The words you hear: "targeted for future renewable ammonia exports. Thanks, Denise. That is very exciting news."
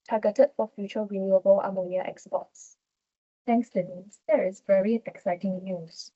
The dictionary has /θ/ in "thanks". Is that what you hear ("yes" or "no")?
no